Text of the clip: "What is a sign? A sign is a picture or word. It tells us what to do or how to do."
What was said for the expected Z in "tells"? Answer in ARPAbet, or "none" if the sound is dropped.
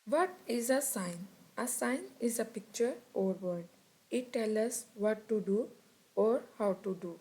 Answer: none